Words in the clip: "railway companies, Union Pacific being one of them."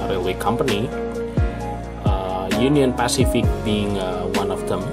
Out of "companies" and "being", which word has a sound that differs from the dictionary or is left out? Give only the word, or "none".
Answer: companies